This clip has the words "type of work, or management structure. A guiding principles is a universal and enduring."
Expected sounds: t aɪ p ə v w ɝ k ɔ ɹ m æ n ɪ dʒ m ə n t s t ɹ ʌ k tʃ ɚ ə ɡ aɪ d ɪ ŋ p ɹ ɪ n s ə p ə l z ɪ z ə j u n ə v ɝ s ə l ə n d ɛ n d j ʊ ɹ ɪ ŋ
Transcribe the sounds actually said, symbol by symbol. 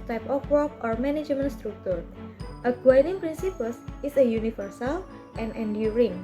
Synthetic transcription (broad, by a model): t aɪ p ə f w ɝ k ɔ ɹ m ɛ n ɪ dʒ m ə n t s t ɹ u k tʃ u ə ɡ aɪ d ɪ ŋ p ɹ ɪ n s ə p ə l s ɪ s ə j u n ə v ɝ s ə l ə n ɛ n d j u ɹ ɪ ŋ